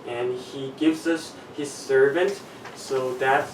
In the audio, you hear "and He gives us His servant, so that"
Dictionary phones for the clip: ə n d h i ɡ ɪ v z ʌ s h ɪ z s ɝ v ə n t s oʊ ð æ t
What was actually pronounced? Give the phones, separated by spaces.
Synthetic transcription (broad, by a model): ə n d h i ɡ ɪ v z ʌ s h ɪ z s ɝ v ə n t s oʊ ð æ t